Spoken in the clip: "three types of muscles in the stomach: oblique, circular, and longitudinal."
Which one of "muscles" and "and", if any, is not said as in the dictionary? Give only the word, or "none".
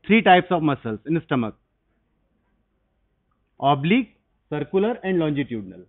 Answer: muscles